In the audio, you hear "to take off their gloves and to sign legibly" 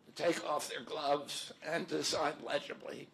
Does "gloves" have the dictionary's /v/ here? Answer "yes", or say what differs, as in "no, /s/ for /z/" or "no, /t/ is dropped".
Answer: yes